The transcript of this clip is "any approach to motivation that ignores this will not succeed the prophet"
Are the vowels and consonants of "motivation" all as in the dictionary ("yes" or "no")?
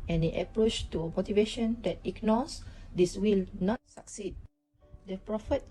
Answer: yes